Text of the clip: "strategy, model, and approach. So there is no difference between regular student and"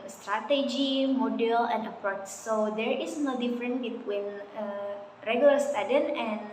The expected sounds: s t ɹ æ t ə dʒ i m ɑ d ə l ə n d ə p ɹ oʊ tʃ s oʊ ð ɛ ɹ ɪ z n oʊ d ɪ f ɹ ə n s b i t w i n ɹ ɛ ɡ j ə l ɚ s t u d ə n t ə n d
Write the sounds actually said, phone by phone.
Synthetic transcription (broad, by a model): s t ɹ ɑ t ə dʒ i m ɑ d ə l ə n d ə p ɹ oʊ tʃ s oʊ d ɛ ɹ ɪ s n oʊ d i f ɹ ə n b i t w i n ɹ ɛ ɡ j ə l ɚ s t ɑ d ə n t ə n